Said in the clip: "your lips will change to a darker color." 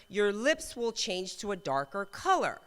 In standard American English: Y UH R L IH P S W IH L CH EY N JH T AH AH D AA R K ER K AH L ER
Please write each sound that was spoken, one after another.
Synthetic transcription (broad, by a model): Y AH R L IH P S W IH L CH EY N JH T AH AH D AA R K ER K AH L ER